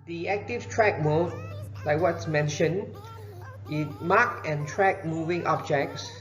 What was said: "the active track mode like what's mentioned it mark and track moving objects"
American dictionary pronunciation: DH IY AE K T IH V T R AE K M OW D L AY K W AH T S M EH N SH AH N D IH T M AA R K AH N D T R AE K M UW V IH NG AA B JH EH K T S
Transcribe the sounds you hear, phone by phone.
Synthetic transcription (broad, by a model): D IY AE K T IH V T R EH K M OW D L AY K W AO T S M EH N SH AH N IH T M AA K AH N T R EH K M UW V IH NG AA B JH EH K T S